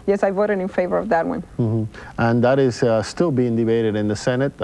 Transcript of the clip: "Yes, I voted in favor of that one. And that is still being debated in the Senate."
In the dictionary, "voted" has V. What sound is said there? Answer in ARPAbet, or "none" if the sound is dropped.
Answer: V